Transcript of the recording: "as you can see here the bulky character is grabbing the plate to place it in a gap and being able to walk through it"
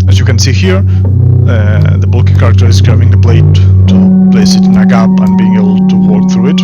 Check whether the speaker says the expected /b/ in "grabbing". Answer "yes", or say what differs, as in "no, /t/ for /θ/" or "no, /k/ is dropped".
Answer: no, /b/ is dropped